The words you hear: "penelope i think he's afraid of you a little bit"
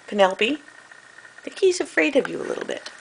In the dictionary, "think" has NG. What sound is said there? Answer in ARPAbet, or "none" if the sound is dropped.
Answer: none